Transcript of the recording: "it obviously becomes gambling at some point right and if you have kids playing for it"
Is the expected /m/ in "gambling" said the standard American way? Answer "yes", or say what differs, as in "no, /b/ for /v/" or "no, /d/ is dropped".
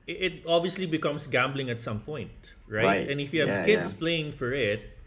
yes